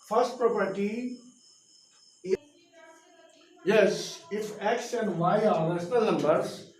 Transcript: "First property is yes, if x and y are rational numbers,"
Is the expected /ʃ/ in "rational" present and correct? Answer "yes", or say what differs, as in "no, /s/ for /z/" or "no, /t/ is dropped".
no, /s/ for /ʃ/